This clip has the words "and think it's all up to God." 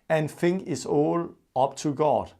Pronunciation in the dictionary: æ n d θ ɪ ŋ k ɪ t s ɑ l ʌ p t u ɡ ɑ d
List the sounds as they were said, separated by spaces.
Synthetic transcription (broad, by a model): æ n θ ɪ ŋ ɪ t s ɑ l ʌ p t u ɡ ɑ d